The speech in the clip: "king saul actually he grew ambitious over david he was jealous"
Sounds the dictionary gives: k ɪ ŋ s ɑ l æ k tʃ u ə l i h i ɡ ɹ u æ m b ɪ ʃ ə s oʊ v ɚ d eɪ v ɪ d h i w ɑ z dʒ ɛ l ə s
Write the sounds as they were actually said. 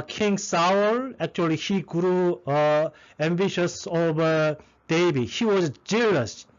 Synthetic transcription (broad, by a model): k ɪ ŋ s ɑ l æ k tʃ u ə l i h i ɡ ɹ u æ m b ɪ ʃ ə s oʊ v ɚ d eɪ b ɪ h i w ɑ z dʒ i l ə s